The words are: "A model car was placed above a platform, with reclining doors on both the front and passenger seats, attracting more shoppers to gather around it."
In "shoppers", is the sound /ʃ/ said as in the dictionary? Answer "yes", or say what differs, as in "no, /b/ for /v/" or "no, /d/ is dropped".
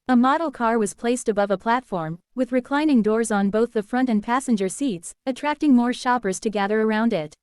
yes